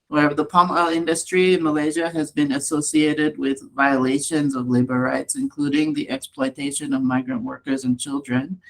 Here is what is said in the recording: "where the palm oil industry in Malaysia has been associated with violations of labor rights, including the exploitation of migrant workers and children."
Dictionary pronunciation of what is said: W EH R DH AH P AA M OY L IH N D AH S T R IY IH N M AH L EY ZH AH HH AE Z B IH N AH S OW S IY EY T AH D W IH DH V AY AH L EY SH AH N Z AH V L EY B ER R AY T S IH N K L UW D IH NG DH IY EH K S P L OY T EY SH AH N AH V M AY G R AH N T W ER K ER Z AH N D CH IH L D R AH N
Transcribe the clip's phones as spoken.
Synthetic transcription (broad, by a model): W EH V DH AH P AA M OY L IH N D AH S T R IY IH N M AH L EY ZH AH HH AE Z B IH N AH S OW S IY EY T AH D W IH DH V AY AH L EY SH AH N Z AH V L EY B ER R AY T S IH N K L UW D IH NG DH IY EH K S P L OY T EY SH AH N AH V M AY G R AH N T W ER K ER Z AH N CH IH L D R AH N